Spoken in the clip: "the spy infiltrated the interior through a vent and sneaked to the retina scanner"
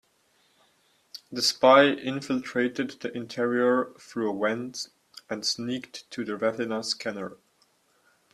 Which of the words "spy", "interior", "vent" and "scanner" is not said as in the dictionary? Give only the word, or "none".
vent